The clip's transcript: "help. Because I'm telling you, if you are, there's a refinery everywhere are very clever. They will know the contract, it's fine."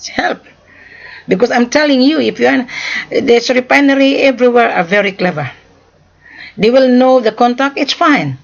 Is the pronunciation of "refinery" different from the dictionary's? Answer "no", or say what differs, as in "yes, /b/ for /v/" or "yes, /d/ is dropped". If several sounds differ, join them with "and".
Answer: yes, /p/ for /f/